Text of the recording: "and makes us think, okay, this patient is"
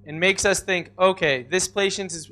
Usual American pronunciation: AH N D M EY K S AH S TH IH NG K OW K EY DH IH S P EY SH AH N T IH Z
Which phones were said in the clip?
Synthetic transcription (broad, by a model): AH N M EY K S AH S TH IH NG K OW K EY DH IH S P EY SH AH N T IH Z